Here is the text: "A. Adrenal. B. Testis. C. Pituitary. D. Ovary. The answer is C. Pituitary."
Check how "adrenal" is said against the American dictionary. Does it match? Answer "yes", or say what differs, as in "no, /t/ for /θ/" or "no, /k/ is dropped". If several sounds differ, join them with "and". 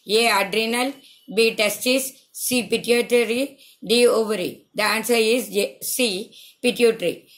yes